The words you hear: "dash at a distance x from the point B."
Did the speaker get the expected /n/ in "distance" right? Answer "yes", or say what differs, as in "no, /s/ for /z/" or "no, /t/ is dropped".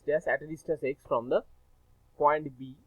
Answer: no, /n/ is dropped